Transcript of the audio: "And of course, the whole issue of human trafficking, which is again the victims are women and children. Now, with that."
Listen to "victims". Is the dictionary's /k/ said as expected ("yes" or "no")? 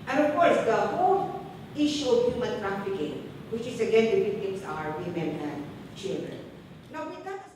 no